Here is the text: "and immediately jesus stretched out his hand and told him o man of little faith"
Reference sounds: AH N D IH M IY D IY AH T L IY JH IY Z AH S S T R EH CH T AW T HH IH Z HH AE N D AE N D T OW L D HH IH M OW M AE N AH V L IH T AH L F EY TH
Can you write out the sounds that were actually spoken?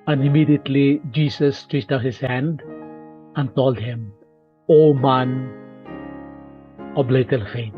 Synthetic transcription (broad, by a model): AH N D IH M IY D IY AH T L IY JH IY S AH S S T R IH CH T AW T HH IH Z HH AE N D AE N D T OW L D HH IH M OW M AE N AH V L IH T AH L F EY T